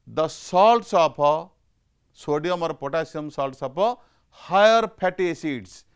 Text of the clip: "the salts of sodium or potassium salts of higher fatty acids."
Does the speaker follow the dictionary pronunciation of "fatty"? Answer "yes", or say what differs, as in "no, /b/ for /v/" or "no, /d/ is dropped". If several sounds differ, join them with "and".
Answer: no, /p/ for /f/